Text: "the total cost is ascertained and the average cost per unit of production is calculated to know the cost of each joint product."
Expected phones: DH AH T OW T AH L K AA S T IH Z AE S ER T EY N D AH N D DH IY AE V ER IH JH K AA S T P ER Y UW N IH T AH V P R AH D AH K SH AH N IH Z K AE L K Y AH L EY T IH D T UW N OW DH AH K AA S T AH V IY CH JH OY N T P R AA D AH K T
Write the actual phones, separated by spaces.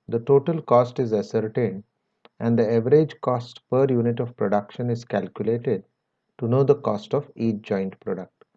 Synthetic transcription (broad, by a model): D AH T OW T AH L K AA S T IH Z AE S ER T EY N D AH N D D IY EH V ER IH JH K AA S T P ER Y UW N IH T AH V P R AH D AH K SH AH N IH Z K AE L K Y AH L EY T IH D T UW N OW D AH K AA S T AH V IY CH JH OY N T P R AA D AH K T